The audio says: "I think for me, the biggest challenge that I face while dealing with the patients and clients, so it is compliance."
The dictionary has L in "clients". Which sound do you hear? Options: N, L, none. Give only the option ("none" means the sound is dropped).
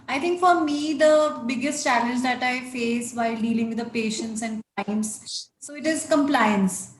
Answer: none